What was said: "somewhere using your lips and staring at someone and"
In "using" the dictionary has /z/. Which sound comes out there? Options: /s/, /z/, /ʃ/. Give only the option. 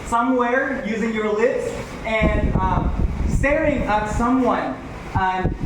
/z/